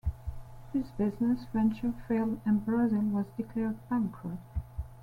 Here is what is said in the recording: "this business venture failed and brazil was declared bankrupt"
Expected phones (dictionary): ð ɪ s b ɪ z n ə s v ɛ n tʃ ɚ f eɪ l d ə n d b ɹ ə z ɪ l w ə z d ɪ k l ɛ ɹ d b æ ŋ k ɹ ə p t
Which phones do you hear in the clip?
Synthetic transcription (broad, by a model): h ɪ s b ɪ z n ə s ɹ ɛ n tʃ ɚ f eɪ l ə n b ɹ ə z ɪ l w ə z d ɪ k l ɛ ɹ d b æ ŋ k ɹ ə t